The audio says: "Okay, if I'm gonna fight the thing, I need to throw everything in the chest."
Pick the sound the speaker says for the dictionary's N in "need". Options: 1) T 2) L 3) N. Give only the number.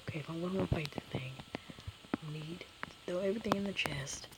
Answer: 3